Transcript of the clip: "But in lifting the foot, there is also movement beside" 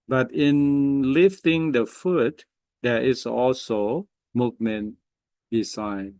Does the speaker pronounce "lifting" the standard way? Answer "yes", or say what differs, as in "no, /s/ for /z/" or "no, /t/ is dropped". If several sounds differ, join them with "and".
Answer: yes